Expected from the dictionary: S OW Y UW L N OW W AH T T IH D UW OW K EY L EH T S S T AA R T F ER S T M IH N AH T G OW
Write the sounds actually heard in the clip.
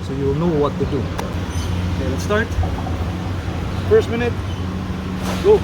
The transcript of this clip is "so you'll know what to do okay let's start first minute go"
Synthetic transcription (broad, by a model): S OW Y UW L N OW W AH T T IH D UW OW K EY N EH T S S T AA R T F ER S T M IH N AH T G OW